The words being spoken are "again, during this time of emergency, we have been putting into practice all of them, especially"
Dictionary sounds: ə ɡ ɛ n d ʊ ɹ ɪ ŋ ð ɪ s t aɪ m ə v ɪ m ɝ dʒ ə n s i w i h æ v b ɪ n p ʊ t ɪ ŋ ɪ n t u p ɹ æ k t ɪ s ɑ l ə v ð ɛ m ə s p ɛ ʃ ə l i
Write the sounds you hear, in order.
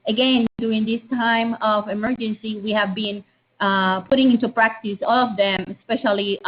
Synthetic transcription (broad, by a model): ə ɡ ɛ n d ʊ ɹ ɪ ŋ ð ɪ s t aɪ m ə v ɪ m ɝ dʒ ə n s i w i h æ v b ɪ n p ʊ t ɪ ŋ ɪ n t u p ɹ æ k t ɪ s ɑ l ə v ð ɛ m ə s p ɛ ʃ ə l i